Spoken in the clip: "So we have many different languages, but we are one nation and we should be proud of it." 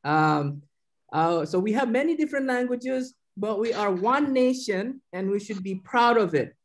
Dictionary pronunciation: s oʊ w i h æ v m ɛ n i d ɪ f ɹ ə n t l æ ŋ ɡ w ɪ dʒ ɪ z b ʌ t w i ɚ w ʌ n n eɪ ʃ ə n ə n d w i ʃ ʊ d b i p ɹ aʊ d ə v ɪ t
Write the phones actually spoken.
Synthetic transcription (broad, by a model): s oʊ w i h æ v m ɛ n i d ɪ f ɹ ə n t l æ ŋ ɡ w ɪ dʒ ɪ z b ʌ t w i ɚ w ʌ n n eɪ ʃ ə n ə n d w i ʃ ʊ d b i p ɹ aʊ d ə v ɪ t